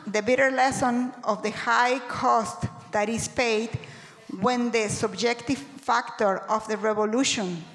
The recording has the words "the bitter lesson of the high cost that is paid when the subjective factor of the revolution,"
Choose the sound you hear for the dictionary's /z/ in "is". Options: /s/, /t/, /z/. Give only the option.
/s/